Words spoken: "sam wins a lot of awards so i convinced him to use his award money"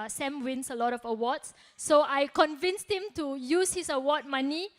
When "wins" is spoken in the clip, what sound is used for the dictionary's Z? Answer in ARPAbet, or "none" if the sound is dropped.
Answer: S